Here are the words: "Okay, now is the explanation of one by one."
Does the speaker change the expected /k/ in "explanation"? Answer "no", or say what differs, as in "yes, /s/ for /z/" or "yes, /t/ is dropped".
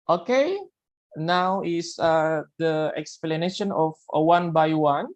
no